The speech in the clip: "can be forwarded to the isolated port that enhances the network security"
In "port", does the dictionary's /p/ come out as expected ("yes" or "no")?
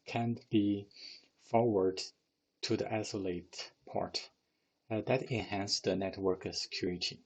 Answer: yes